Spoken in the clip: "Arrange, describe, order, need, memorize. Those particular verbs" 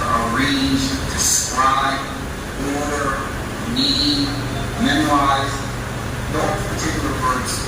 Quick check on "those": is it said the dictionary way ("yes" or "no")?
no